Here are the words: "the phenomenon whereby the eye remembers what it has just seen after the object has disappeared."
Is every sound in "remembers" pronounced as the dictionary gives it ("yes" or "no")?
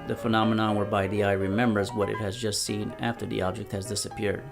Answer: yes